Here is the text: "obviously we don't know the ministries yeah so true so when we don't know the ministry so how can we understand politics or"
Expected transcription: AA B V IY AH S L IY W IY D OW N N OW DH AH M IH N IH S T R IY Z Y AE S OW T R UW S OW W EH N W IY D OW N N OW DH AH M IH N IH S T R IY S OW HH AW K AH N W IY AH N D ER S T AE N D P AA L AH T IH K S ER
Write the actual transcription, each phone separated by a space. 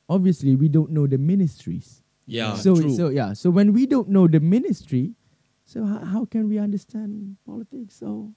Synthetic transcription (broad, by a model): AA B V IY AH S L IY W IY D OW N N OW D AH M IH N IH S T R IY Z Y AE S OW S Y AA S OW W EH N W IY D OW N N OW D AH M IH N IH S T R IY S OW HH AW K AH N W IY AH N D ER S T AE N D P AA L AH T IH K S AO